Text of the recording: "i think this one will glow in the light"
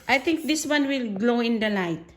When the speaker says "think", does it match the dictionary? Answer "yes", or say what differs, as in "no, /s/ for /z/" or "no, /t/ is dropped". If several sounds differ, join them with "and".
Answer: no, /t/ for /θ/